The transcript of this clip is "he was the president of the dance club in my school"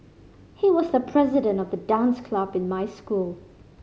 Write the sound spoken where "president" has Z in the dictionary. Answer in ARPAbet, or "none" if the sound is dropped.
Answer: Z